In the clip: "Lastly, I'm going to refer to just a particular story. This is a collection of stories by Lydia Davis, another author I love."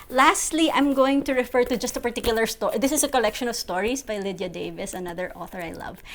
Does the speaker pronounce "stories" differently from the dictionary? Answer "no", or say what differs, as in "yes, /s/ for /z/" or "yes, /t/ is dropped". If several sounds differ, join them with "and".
yes, /s/ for /z/